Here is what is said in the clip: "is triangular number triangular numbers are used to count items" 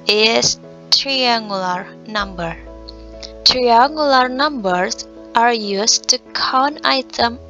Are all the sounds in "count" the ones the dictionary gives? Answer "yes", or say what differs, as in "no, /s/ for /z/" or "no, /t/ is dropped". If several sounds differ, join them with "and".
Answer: no, /t/ is dropped